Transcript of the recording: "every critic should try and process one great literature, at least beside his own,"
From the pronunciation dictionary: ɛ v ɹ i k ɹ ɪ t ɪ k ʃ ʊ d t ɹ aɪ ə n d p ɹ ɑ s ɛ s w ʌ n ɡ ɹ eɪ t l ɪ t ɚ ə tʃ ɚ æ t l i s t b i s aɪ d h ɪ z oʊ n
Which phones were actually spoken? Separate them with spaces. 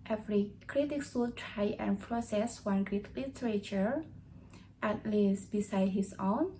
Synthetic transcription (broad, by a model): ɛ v ɹ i k ɹ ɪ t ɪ k s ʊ t ɹ aɪ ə n p ɹ ɑ s ɛ s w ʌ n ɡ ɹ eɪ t l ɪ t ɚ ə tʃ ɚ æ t l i s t b i s aɪ d h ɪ s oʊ n